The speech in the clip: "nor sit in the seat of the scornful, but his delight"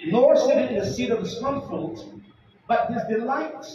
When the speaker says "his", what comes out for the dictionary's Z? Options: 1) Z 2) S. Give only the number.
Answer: 1